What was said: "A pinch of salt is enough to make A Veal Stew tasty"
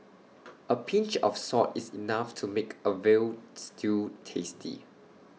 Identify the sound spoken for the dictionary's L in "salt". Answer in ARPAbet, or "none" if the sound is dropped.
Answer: none